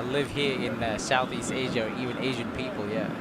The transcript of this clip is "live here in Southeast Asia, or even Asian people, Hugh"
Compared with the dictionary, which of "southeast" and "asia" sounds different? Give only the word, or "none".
none